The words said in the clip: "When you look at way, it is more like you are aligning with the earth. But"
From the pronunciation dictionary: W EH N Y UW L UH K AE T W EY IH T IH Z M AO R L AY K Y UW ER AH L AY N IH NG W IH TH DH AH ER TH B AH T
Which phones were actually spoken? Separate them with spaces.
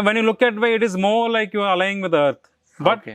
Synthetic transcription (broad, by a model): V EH N Y UW L UH K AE T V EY IH T IH Z M AO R L AY K Y UW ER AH L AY IH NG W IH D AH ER T B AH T